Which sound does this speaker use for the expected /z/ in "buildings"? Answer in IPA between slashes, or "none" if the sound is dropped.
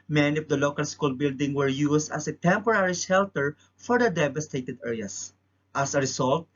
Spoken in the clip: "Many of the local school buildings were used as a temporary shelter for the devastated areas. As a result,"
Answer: none